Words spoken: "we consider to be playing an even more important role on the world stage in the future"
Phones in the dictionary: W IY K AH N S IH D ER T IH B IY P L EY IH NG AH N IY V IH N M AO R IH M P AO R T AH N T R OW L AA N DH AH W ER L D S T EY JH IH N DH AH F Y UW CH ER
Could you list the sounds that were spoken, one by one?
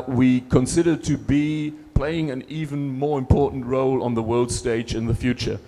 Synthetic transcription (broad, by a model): W IY K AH N S IH D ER T IH B IY P L EY IH NG AH N IY V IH N M AO R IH M P AO R T N T R OW L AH N DH AH W ER L D S T EY JH IH N DH AH F Y UW CH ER